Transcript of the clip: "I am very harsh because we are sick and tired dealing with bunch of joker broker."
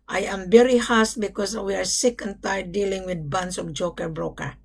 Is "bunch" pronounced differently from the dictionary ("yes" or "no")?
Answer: yes